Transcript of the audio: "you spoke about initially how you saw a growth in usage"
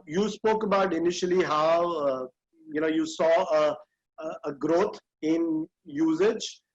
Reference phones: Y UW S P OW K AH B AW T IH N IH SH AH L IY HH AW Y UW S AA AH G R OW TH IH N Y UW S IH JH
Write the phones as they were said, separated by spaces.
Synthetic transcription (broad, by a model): Y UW S P OW K AH B AW T IH N IH SH AH L IY HH AW Y UW S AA AH G R OW T IH N Y UW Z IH JH